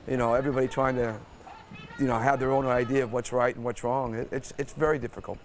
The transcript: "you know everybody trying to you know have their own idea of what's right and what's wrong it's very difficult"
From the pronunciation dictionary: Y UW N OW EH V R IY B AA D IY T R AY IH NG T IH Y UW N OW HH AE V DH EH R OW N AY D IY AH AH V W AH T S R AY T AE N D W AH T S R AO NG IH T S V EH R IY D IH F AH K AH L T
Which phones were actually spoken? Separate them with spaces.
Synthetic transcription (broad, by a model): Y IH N OW EH V R IY B AA D IY T R AY IH NG T IH Y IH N OW HH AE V DH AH R OW N AY D IY AH AH V W AH T S R AY T N W AH T S R AO NG IH T S V EH R IY D IH F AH K L T